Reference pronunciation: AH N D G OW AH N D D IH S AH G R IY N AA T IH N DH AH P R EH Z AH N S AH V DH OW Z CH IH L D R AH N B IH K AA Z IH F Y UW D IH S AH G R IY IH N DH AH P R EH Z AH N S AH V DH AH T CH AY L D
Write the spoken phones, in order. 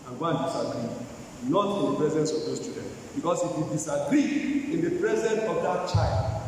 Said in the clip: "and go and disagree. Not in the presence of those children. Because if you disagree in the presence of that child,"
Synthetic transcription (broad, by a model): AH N G OW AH N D D IH S AH G R IY N AA T IH N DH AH P R EH Z AH N S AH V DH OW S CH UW D AH N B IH K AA S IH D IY D IH S AH G R IY IH N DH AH P R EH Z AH N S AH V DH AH T CH AY L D